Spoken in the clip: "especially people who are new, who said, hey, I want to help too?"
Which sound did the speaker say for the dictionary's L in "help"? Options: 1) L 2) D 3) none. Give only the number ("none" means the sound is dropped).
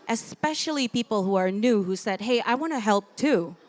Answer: 1